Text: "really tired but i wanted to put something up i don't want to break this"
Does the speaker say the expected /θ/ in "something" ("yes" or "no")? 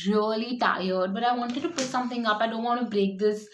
no